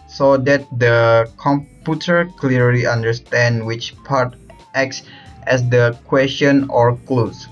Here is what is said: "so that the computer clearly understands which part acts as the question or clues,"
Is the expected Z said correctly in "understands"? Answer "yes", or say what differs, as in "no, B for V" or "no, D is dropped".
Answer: no, Z is dropped